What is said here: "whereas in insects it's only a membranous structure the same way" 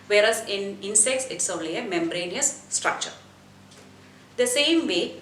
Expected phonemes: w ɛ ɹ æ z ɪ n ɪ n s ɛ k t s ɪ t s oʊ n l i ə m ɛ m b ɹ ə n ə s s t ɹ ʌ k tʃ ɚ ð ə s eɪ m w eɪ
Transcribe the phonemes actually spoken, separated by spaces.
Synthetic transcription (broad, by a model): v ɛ ɹ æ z ɪ n ɪ n s ɛ k t s ɪ t s oʊ n l i ə m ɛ m ɹ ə n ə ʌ s t ɹ ʌ k tʃ ɚ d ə s eɪ m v eɪ